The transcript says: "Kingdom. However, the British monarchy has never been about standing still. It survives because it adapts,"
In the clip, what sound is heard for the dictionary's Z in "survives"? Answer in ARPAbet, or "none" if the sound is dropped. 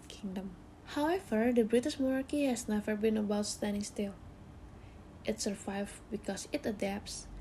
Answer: none